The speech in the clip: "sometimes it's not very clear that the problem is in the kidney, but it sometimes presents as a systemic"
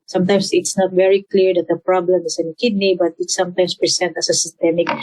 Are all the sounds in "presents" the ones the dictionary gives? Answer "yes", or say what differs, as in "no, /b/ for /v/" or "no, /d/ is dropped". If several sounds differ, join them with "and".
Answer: no, /s/ is dropped